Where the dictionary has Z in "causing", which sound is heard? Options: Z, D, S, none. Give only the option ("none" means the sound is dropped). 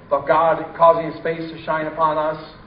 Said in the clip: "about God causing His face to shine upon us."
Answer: Z